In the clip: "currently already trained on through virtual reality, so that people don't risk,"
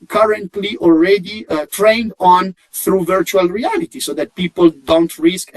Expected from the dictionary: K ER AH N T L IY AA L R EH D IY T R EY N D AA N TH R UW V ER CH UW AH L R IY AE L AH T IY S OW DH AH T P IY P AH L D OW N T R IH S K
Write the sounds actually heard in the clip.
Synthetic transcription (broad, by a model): K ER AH N T L IY AA L R EH D IY T R EY N D AA N TH R UW V ER CH UW AH L R IY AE L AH T IY S OW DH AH T P IY P AH L D OW N T R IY S K